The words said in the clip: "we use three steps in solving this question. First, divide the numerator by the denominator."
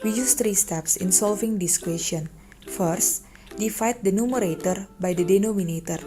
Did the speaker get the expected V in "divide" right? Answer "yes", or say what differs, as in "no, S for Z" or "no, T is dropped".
no, F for V